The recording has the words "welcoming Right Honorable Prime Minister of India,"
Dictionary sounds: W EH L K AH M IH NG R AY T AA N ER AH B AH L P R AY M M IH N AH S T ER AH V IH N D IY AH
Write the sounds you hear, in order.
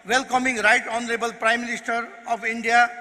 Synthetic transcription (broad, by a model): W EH L K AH M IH NG R AY T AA N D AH B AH L P R AY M M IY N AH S T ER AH P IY N D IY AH